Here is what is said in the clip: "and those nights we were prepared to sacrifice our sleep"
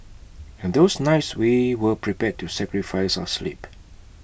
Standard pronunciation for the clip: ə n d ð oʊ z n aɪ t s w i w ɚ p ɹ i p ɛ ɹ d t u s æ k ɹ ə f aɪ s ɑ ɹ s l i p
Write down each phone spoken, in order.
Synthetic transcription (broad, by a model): ə n d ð oʊ s n aɪ t s w i w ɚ p ɹ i p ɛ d t u s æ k ɹ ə f aɪ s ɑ s l i p